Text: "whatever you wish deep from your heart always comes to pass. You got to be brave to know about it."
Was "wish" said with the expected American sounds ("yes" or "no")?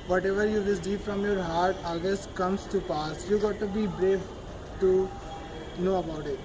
no